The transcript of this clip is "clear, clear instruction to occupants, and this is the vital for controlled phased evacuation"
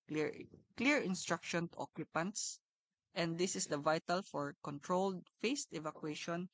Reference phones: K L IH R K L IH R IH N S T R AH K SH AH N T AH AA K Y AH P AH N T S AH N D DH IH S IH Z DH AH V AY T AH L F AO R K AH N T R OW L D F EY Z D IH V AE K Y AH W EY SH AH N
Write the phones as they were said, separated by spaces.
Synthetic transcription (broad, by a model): K L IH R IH R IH N S T R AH K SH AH N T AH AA K Y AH P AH N T S AH N D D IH S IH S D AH V AY T AH L F AO R K AH N T R OW L D F EY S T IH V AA K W EY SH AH N